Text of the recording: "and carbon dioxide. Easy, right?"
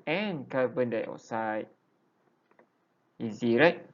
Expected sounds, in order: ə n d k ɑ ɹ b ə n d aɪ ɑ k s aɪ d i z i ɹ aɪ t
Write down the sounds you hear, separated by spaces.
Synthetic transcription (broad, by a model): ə n k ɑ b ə n d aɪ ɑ s aɪ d i z i ɹ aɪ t